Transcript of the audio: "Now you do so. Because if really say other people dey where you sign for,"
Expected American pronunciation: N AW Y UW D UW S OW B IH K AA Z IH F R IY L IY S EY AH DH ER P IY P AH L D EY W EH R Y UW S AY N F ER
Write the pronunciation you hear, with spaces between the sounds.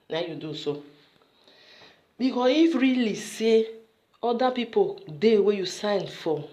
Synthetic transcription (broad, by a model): N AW Y UW D UW S OW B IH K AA IH F R IY L IY S EY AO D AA P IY P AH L D EY W EH Y UW S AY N F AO